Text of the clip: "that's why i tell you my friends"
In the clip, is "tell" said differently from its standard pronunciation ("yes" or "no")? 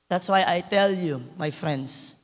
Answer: no